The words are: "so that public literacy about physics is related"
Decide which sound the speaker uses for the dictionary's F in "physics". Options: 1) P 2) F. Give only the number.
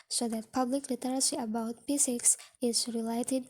1